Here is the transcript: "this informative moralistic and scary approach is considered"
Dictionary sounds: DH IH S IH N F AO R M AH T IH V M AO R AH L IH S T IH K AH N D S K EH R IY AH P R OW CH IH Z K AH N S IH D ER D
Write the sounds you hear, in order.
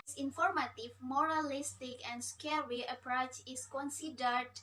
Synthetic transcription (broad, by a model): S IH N F AO R M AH T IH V M AO R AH L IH S T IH K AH N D S K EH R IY AH P R OW CH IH S K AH N S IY D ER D